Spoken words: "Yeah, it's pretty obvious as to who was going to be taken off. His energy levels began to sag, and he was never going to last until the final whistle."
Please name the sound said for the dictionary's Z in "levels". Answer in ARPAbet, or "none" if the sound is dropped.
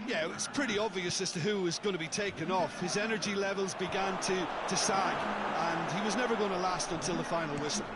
Z